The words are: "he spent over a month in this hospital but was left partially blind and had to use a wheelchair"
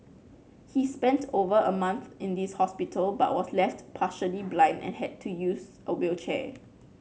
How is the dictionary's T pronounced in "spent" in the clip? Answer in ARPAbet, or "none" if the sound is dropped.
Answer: T